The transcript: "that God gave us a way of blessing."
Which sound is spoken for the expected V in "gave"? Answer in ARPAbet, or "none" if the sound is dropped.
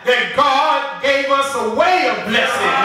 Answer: V